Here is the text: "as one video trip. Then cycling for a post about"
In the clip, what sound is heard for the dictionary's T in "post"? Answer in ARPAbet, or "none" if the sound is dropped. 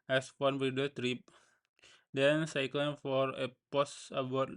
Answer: none